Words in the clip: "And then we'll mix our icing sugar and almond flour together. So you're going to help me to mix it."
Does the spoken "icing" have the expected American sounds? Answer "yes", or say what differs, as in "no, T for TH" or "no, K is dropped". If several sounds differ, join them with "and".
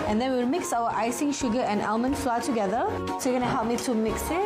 yes